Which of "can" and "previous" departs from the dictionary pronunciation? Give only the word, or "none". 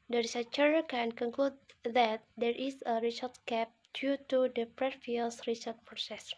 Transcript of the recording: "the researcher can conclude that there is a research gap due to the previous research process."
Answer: previous